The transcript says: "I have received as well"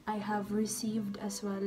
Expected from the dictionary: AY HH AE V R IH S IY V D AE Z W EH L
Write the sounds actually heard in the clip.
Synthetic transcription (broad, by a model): AY HH AE V R IH S IY V D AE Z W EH L